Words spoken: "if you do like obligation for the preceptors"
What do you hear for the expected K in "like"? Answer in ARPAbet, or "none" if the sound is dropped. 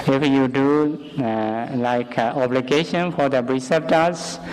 K